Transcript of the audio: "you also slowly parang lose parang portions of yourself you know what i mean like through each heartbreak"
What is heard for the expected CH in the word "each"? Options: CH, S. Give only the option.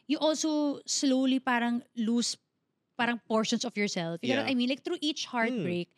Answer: CH